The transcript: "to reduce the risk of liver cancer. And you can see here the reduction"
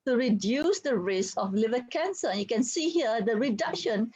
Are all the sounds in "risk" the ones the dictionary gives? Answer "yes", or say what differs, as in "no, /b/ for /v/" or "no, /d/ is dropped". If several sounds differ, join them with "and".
no, /k/ is dropped